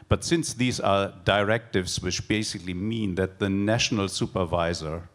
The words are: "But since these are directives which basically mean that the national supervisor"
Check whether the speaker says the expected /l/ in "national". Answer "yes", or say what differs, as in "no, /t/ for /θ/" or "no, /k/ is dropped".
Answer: yes